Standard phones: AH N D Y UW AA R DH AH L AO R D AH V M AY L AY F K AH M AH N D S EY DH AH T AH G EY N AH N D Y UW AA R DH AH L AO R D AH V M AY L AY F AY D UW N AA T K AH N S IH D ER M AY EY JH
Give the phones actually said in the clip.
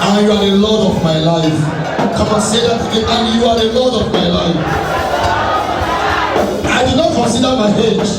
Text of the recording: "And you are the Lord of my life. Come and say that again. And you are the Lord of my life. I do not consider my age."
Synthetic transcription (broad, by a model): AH Y UW AA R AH L AO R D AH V M AY L AY F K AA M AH S EY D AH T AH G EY AH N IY Y UW AA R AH L AO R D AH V M AY L AY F AY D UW N AA T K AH N S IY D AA M AY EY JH